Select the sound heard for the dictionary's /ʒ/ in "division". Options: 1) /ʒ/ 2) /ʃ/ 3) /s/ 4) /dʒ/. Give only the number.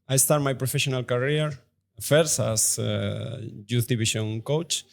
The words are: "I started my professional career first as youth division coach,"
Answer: 2